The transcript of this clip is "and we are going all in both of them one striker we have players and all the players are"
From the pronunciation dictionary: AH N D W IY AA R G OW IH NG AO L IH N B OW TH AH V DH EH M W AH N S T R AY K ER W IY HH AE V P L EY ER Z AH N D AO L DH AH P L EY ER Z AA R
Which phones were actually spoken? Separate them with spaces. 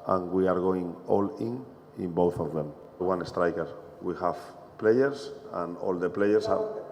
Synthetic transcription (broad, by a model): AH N W IY AA R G OW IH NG AO L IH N B OW TH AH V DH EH M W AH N S T R AY K ER W IY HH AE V P L EY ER S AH N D AO L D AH P L EY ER S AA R